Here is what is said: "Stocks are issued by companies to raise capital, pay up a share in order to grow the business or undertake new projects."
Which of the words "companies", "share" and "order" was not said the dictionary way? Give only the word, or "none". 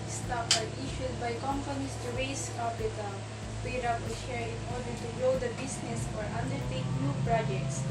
companies